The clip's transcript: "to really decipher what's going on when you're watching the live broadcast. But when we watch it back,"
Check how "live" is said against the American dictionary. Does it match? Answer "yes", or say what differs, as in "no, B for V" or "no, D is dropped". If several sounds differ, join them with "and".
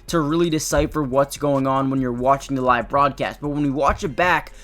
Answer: yes